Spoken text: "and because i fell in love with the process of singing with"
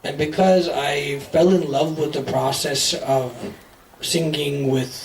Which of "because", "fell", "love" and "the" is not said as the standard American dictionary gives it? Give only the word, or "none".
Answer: none